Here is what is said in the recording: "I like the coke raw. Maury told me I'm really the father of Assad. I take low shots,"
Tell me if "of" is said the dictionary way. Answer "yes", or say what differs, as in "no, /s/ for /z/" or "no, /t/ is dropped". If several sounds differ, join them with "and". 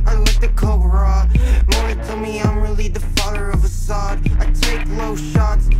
yes